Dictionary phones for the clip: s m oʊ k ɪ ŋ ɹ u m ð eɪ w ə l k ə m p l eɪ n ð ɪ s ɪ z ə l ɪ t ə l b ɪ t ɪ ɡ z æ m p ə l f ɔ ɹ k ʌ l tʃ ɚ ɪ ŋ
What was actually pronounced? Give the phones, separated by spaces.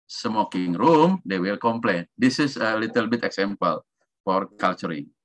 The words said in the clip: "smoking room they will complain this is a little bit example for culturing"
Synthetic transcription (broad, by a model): s m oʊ k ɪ ŋ ɹ u m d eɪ w ə l k ə m p l eɪ n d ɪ s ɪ s ə l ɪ t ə l b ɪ t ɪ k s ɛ m p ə l f ɔ ɹ k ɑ l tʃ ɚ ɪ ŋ